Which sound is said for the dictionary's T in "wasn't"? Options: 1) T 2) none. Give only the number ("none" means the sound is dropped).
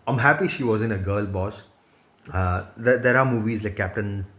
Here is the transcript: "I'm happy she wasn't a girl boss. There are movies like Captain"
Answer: 2